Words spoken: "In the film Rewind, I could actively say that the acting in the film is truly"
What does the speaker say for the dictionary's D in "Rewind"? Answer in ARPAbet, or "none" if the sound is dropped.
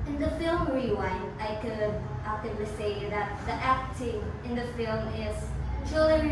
none